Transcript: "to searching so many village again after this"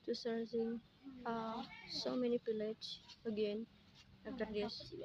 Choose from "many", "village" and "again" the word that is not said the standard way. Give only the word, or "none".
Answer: village